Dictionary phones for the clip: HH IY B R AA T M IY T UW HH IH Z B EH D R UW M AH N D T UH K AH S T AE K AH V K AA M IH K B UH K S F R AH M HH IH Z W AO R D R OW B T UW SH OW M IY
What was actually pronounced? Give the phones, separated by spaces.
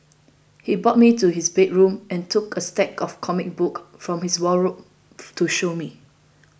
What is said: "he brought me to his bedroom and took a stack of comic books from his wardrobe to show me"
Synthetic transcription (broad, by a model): HH IY B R AA T M IY T UW HH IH S B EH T R UW M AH N T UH K AH S T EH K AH F K AA M IH K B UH K F R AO M HH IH S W AO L R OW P T UW SH OW M IY